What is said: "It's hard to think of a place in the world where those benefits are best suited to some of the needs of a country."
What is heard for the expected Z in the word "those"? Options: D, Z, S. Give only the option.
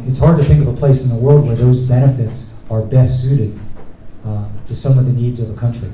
Z